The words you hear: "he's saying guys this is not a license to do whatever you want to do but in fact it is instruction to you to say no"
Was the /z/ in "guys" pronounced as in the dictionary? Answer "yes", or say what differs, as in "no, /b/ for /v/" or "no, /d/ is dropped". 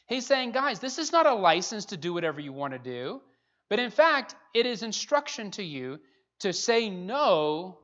yes